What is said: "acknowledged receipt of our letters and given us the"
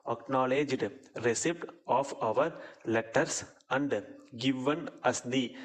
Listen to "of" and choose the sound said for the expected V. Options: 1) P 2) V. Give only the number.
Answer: 2